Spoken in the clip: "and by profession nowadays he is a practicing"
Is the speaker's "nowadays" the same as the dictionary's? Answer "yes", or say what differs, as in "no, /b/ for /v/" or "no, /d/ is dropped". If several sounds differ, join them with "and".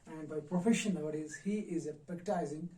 no, /l/ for /n/